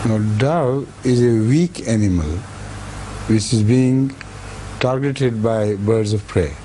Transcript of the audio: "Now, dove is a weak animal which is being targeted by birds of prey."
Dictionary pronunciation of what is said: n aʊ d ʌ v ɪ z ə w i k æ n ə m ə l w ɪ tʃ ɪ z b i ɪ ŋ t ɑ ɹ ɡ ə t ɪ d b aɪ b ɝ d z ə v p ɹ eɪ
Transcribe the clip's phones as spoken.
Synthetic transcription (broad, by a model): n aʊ d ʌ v ɪ z ə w i k æ n ə m ə l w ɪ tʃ ɪ z b i ɪ ŋ t ɑ ɹ ɡ ə t ɪ d b aɪ b ɝ d z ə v p ɹ eɪ